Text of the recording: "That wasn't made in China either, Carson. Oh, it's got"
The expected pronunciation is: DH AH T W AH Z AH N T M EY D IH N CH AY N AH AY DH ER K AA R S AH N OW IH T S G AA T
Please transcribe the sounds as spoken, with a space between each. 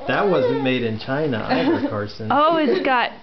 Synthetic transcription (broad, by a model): DH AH T W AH Z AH N M EY D IH N CH AY N AH AY ER K AA R S AH N OW IH T S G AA T